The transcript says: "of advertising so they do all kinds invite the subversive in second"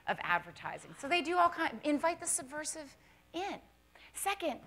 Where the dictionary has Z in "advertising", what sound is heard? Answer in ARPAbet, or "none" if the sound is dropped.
Z